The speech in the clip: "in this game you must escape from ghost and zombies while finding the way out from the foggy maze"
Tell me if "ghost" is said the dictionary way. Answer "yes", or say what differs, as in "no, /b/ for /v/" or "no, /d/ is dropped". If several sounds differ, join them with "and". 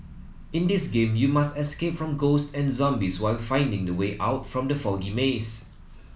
yes